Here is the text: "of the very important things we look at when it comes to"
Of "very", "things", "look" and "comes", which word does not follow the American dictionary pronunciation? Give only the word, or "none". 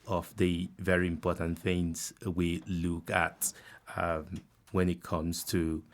none